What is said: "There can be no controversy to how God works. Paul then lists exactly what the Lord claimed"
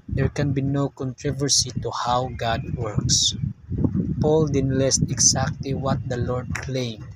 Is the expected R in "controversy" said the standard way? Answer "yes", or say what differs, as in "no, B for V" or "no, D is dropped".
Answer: yes